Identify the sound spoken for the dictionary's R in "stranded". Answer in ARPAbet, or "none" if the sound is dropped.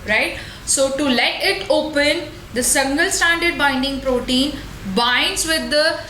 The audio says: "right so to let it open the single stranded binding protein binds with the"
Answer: none